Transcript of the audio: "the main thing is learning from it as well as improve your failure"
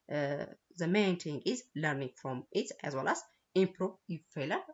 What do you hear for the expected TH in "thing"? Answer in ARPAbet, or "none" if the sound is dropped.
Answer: T